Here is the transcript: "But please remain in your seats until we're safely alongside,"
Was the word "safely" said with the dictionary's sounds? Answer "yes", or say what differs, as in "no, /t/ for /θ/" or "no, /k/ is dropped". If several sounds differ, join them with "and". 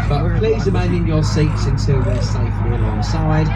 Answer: no, /l/ is dropped